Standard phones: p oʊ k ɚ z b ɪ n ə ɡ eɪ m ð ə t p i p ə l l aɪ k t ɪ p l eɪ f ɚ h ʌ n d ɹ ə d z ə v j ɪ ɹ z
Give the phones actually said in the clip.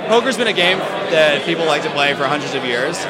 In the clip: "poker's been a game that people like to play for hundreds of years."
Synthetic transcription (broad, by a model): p oʊ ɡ ɚ z b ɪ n ə ɡ eɪ m ð ə t p i p l l aɪ k t ɪ p l eɪ f ɚ h ʌ n d ɹ ə d z ə v j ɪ ɹ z